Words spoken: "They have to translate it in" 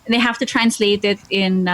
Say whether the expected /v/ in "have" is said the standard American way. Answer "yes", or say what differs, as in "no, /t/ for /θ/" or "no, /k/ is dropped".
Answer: no, /f/ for /v/